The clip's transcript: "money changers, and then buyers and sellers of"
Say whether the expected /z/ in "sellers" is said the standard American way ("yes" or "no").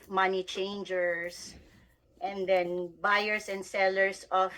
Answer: no